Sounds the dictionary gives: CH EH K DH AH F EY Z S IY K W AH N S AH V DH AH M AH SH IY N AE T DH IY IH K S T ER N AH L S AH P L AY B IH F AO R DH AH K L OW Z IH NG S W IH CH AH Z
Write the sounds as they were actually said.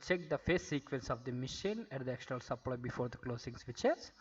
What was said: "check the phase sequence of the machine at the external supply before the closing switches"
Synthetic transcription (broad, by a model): CH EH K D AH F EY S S IY K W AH N S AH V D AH M AH SH IY N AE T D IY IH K SH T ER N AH L S AH P L AY B IH F AO R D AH K L OW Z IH NG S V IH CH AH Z